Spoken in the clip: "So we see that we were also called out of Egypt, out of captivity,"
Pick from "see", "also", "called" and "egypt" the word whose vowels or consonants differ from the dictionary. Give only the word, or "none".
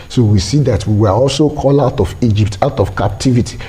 called